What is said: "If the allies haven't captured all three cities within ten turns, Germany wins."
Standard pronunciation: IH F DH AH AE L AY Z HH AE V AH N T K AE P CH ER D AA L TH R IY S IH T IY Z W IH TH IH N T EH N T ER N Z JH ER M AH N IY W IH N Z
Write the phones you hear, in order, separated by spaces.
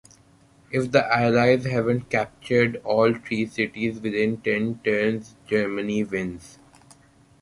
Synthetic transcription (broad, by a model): IH F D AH AE L AY Z HH AE V AH N T K AE P CH ER D AA L T R IY S IH T IY Z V IH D IH N T EH N T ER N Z JH ER M AH N IY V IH N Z